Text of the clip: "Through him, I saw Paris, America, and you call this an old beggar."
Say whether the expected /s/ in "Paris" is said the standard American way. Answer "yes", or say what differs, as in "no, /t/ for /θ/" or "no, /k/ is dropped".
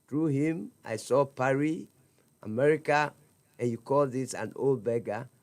no, /s/ is dropped